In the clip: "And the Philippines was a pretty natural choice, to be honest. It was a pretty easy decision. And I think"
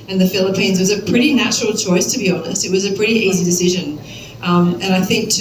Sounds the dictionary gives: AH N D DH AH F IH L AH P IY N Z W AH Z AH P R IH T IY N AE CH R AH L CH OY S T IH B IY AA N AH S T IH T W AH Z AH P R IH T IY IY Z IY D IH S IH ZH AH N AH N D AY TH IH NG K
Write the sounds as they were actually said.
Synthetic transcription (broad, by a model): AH N DH AH F IH L AH P IY N Z W AH Z AH P R IH T IY N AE CH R L CH OY S T IH B IY AA N AH S T IH T W AH Z AH P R IH T IY IY Z IY D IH S IH ZH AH N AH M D AY TH IH NG K